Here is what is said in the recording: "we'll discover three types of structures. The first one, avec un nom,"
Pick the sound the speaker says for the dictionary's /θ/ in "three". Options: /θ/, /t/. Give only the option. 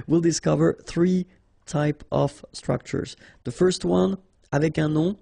/θ/